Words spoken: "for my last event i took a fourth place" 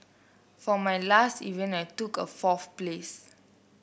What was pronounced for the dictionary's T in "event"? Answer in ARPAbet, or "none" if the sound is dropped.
none